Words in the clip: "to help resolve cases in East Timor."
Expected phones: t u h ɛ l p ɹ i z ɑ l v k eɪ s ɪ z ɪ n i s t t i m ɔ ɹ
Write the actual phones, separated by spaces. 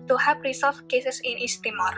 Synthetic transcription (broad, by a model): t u h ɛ p ɹ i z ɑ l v k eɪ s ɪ s ɪ n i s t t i m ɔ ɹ